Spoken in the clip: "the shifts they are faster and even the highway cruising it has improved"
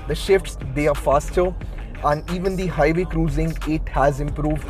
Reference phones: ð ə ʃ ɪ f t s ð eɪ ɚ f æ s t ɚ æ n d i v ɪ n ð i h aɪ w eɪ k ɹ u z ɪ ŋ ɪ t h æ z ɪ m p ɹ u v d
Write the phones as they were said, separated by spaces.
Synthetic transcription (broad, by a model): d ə ʃ ɪ f t s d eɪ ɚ f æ s t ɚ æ n d i v ɪ n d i h aɪ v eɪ k ɹ u z ɪ ŋ ɪ t h æ z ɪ m p ɹ u v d